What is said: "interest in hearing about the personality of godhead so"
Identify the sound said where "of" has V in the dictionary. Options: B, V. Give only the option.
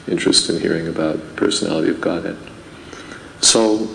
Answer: V